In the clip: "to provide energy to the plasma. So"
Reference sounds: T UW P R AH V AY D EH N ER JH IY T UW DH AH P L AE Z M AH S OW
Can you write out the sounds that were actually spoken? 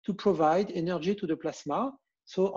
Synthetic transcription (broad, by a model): T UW P R AH V AY D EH N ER ZH IY T UW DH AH P L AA S M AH S OW